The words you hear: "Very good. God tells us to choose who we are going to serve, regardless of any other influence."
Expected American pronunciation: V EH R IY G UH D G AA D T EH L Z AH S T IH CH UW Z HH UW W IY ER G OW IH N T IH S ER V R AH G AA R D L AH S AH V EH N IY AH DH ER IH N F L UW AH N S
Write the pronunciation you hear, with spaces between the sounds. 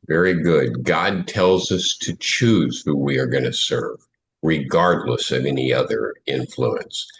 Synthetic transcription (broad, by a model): V EH R IY G UH D G AA D T EH L Z AH S T IH CH UW Z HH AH W IY ER G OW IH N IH S ER V R AH G AA R D L AH S AH V EH N IY AH DH ER IH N F L UW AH N S